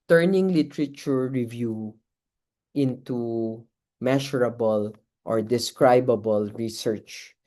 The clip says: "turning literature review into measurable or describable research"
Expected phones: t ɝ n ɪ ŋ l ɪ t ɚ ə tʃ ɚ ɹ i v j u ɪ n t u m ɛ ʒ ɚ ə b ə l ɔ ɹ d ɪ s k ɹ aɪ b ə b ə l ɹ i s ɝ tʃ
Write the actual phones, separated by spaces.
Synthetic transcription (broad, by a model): t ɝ n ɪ ŋ l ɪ t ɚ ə tʃ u ɹ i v j u ɪ n t u m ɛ ʃ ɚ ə b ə l ɔ ɹ d ɪ s k ɹ aɪ b ə b ə l ɹ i s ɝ tʃ